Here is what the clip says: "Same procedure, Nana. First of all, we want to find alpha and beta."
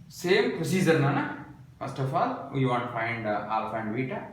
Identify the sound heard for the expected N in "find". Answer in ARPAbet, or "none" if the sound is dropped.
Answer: N